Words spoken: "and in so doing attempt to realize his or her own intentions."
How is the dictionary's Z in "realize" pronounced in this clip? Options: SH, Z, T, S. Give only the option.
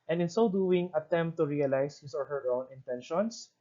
S